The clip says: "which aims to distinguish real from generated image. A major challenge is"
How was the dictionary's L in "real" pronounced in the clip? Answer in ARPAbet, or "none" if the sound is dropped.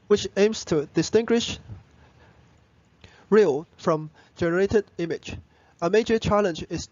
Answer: L